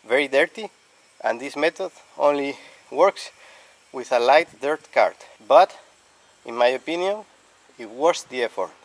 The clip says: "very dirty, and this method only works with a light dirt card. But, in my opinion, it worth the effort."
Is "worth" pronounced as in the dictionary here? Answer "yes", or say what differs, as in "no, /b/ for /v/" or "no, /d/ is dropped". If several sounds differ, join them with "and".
no, /s/ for /θ/